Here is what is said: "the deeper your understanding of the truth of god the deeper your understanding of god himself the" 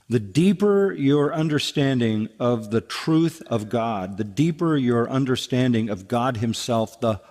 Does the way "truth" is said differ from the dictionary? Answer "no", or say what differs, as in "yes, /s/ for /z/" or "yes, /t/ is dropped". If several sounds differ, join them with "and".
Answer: no